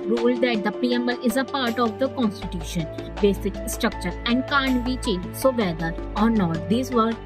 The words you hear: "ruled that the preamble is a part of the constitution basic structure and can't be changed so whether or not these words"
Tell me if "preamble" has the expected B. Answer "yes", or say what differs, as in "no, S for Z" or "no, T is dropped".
no, B is dropped